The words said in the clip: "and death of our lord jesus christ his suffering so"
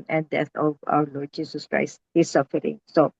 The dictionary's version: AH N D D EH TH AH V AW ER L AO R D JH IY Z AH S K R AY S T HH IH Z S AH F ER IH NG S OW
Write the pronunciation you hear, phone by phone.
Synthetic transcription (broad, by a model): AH N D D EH T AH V AW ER L AO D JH IY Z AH S K R AY S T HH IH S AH F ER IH NG S OW